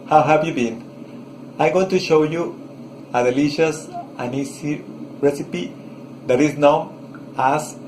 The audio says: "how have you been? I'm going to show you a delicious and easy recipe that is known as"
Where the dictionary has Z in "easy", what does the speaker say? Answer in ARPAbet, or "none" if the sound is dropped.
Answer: S